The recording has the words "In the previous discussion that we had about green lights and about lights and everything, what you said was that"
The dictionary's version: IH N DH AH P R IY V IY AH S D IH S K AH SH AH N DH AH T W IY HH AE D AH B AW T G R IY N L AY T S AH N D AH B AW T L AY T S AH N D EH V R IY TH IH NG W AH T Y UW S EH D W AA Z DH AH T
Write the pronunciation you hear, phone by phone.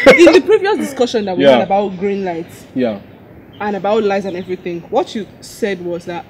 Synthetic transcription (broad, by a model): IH DH AH P R IY V IY AH S D IH S K AH SH AH N DH AH T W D AH B AW T G R IY N L AY T S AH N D AH B AW T L AY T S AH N EH V R IY TH IH NG W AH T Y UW S EH D W AA Z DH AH T